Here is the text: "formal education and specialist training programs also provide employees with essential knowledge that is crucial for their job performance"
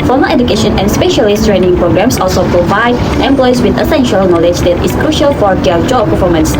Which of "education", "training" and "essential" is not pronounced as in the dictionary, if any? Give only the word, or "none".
none